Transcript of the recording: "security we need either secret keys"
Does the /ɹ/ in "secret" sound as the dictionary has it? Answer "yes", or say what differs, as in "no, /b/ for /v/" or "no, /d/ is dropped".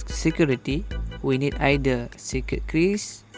no, /ɹ/ is dropped